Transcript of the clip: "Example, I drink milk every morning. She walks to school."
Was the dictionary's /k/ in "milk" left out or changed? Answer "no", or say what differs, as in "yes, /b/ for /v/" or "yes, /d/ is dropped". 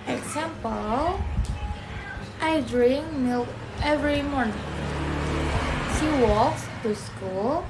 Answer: yes, /k/ is dropped